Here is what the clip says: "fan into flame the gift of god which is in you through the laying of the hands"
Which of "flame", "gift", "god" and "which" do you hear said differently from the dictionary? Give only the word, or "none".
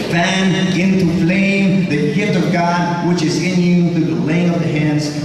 gift